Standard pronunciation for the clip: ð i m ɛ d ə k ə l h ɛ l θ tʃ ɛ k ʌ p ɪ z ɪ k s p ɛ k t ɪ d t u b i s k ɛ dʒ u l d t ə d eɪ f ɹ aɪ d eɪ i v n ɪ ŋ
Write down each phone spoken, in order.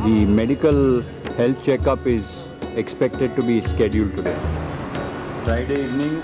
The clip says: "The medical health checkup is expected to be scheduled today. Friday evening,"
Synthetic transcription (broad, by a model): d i m ɛ d ə k ə l h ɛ l t tʃ ɛ k ʌ p ɪ z ɪ k s p ɛ k t ɪ d t u b i s k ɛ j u l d t ə d eɪ f ɹ aɪ d eɪ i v n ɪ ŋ